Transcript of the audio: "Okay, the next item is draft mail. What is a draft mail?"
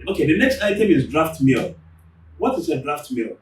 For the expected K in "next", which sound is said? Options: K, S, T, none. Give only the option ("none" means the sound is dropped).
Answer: K